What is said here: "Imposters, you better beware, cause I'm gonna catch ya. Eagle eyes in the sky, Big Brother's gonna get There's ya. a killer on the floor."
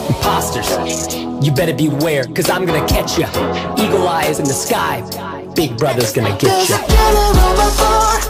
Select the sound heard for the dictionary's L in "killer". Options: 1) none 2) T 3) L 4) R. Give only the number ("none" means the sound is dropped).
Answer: 1